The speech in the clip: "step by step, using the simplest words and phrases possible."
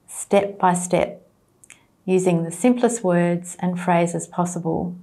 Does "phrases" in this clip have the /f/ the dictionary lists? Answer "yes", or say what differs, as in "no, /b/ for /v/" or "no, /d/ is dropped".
yes